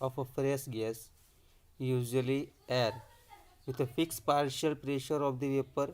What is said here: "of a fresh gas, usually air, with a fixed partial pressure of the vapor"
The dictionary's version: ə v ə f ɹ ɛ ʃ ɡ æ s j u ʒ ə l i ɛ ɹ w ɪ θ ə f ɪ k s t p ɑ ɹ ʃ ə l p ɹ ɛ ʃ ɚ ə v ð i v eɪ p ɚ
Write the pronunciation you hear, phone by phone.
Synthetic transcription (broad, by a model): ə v ə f ɹ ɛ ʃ ɡ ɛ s j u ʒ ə l i ɛ ɹ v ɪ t ə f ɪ k s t p ɑ ɹ ʃ ə l p ɹ ɛ ʃ ɚ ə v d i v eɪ p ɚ